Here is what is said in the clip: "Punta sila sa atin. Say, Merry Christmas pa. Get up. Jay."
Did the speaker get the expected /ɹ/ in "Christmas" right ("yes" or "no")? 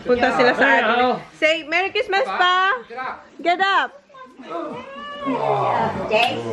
no